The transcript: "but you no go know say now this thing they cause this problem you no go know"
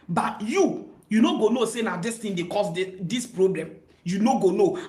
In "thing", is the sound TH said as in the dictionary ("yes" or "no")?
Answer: no